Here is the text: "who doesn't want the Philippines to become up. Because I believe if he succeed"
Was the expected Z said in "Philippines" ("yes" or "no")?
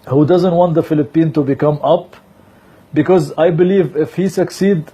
no